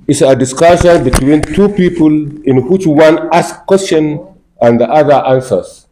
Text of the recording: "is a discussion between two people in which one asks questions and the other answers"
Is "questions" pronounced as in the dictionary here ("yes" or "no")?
no